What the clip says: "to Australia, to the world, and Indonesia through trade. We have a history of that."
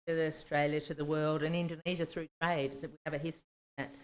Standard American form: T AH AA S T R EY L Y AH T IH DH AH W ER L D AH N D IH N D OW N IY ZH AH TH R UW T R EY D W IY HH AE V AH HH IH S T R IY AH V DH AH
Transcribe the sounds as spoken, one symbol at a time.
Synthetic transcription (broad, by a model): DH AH AA S T R EY L Y AH T IH DH AH W ER L D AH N IH N D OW N IY ZH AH TH R UW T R EY D W IY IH V AH HH IH S T R IY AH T